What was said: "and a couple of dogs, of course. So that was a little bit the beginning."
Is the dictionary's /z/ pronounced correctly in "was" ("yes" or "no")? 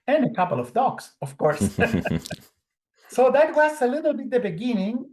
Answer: no